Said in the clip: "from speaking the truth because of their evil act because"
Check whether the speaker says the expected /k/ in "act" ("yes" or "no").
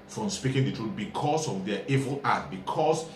no